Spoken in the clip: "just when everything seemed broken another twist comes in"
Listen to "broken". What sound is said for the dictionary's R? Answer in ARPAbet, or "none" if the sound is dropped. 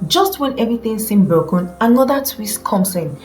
none